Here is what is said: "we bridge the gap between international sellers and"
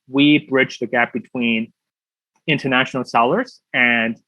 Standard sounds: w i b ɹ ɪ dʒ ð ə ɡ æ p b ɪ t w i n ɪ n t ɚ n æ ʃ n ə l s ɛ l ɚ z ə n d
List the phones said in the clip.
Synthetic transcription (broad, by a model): w i b ɹ ɪ dʒ ð ə ɡ æ p b ɪ t w i n ɪ n t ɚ n æ ʃ n l s ɛ l ɚ z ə n